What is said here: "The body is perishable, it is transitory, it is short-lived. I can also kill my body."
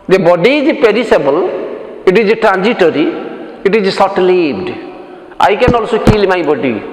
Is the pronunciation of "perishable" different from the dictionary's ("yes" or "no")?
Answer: yes